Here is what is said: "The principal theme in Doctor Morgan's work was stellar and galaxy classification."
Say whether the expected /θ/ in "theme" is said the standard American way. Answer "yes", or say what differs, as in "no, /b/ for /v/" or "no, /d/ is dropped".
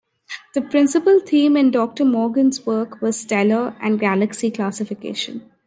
no, /t/ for /θ/